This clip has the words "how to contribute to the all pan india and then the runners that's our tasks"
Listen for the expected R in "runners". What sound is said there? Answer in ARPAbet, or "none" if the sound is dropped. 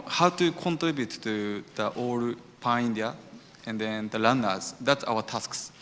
L